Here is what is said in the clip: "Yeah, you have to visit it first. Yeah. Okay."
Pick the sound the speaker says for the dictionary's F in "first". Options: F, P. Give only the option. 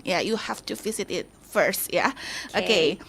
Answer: F